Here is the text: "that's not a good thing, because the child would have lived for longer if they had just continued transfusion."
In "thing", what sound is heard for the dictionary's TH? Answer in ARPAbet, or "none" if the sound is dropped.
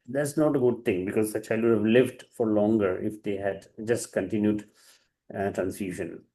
T